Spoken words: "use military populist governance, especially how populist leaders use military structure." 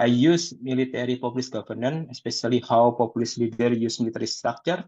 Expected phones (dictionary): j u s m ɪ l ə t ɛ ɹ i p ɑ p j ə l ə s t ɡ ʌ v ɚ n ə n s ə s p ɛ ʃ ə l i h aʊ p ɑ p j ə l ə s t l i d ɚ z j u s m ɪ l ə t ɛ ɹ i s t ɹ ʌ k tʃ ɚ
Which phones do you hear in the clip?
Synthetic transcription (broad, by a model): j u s m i l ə t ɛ ɹ i p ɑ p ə l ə s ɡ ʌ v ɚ n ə n ə s p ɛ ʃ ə l i h aʊ p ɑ p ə l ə s l i d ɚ j u s m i l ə t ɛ ɹ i s t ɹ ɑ k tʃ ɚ